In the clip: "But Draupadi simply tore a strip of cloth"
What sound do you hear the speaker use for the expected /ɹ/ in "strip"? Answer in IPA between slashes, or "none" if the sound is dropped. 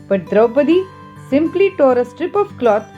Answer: /ɹ/